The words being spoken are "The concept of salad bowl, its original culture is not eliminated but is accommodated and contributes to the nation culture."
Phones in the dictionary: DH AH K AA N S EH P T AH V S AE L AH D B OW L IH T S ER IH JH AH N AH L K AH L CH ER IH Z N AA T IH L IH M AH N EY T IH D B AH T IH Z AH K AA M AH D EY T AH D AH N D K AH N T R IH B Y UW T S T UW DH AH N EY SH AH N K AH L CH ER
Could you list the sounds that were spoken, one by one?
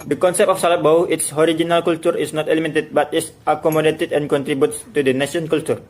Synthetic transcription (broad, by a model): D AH K AA N S EH P T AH F S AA L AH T B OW W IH T S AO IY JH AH N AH L K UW L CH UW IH S N AA T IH L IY M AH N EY T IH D B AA T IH S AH K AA M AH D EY T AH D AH N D K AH N T R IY B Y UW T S T UW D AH N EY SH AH N K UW L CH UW